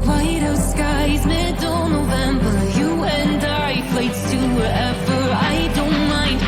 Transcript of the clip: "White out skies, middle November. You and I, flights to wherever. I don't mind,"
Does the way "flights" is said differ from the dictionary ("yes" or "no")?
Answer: yes